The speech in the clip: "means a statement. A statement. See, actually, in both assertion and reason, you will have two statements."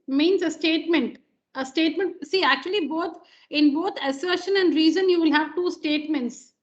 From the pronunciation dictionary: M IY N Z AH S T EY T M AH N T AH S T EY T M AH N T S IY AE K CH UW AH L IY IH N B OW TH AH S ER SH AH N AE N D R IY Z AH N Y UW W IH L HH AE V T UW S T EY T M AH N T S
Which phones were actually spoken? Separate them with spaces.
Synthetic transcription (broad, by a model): M IY N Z AH S T EY T M AH N T AH S T EY T M AH N T S IY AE K CH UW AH L IY IH N B OW T AH S ER SH AH N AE N D R IY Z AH N Y UW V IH L HH AE V T UW S T EY T M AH N T S